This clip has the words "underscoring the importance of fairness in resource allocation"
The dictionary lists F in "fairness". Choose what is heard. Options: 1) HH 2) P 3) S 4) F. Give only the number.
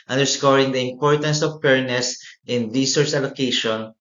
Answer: 2